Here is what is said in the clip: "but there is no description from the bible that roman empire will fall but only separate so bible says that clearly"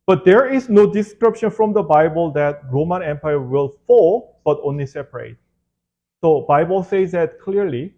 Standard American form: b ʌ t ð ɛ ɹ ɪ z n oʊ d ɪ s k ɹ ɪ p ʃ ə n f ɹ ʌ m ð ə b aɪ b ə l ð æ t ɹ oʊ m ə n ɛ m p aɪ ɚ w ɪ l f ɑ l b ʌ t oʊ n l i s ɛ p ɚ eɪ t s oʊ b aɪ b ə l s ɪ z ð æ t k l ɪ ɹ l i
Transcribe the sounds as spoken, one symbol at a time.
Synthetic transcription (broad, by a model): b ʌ t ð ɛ ɹ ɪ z n oʊ d ɪ s k ɹ ɪ p ʃ ə n f ɹ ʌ m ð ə b aɪ b ə l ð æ t ɹ oʊ m ə n ɛ m p aɪ ɚ w ɪ l f ɑ l b ʌ t oʊ n l i s ɛ p ɚ eɪ t s oʊ b aɪ b ə l s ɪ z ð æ t k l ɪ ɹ l i